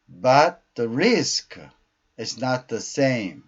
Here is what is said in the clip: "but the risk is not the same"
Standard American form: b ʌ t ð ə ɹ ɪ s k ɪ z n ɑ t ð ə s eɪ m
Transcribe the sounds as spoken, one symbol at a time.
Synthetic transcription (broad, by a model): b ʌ t ð ə ɹ ɪ s k ɪ z n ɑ t ð ə s eɪ m